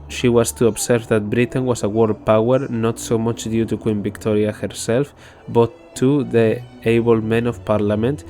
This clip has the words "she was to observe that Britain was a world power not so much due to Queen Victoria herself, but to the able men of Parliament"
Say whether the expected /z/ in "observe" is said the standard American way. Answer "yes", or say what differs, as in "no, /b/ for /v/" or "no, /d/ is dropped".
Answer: no, /s/ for /z/